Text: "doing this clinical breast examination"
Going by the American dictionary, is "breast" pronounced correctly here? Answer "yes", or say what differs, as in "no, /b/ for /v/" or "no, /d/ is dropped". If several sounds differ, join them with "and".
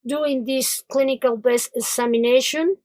no, /ɹ/ is dropped